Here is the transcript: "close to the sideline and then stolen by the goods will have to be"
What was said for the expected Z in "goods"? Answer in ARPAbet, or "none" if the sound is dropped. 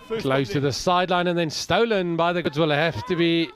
Z